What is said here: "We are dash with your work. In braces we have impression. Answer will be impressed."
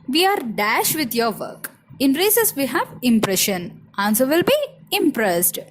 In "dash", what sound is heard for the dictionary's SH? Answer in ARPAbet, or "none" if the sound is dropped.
SH